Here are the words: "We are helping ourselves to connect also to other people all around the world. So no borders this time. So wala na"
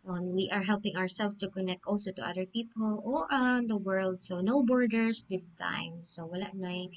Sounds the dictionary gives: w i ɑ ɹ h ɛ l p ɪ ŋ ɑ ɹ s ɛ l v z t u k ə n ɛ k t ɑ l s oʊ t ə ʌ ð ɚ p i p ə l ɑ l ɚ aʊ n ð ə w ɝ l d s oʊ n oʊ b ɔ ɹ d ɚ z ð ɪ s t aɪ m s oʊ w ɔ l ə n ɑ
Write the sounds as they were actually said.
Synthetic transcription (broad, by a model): w i ɑ ɹ h ɛ l p ɪ ŋ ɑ ɹ s ɛ l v s t u k ə n ɛ k t ɑ l s oʊ t ə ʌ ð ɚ p i p ə l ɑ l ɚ aʊ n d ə w ɝ l d s oʊ n oʊ b ɔ ɹ d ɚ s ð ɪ s t aɪ m s oʊ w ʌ l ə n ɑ